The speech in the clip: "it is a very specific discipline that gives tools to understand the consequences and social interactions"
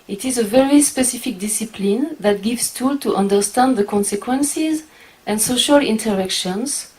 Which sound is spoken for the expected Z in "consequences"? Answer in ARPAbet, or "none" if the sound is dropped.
Z